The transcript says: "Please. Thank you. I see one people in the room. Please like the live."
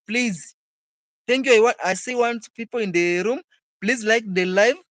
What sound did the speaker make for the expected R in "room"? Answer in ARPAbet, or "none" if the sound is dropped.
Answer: R